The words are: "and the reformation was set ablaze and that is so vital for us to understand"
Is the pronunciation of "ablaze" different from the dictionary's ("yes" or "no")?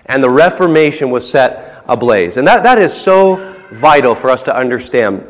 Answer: no